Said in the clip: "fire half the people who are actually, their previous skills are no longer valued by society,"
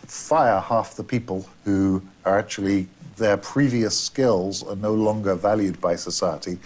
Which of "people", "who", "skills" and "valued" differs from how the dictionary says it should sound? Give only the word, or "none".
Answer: none